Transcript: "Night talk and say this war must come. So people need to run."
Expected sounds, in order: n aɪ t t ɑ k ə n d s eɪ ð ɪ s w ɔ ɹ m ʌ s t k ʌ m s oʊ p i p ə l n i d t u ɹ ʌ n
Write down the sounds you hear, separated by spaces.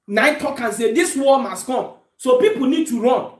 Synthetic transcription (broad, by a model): n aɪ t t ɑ k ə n s eɪ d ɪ s w ɔ l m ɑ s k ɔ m s oʊ p i p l n i d t u ɹ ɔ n